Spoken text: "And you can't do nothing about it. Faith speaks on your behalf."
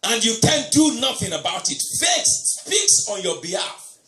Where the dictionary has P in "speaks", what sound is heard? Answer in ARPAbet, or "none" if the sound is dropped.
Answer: F